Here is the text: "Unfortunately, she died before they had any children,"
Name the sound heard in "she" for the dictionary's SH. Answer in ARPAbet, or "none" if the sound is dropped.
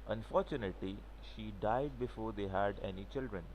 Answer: SH